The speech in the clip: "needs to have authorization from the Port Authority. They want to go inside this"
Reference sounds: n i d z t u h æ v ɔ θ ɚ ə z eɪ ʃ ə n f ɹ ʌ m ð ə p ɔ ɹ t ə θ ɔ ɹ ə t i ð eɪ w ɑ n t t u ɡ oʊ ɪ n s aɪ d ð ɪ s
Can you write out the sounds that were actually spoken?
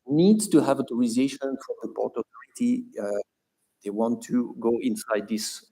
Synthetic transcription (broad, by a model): n i d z t u h æ v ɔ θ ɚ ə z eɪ ʃ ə n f ɹ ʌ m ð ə p ɔ ɹ t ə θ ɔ ɹ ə t i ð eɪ w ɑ n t t u ɡ oʊ ɪ n s aɪ d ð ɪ s